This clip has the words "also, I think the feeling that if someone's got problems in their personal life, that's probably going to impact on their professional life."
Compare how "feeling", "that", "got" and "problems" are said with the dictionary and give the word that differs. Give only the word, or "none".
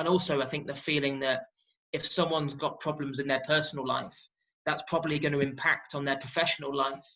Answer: none